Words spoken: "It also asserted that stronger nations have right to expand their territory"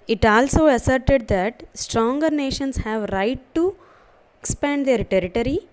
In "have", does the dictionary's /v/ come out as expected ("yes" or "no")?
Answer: yes